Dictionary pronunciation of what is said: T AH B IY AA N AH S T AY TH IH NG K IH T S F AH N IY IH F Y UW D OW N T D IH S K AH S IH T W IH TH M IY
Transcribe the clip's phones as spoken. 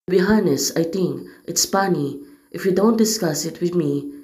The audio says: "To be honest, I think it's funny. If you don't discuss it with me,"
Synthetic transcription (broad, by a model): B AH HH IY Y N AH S AY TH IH NG K IH T S P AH N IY IH F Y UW D OW N T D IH S K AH S IH T W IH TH M IY